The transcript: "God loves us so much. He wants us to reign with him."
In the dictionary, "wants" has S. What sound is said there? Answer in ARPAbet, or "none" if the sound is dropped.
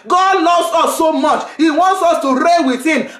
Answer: S